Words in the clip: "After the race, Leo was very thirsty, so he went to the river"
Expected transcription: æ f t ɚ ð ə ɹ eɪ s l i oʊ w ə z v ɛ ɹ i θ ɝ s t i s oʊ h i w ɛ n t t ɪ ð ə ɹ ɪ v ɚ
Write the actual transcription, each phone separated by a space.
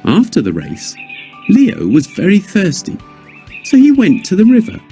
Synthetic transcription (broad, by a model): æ f t ɚ ð ə ɹ eɪ s l i oʊ w ə z v ɛ ɹ i θ ɝ s t i s oʊ i w ɛ n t t ɪ ð ə ɹ ɪ v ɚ